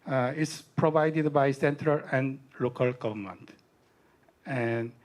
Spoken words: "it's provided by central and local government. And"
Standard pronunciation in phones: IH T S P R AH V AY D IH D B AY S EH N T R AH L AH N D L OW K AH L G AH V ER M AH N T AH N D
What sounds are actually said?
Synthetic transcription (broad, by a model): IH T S P R AH V AY D IH D B AY S EH N T R AH L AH N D L OW K AH L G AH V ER M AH N T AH N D